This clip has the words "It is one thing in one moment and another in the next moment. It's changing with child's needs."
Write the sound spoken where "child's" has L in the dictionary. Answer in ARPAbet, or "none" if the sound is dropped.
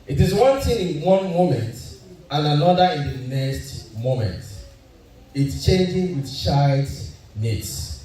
none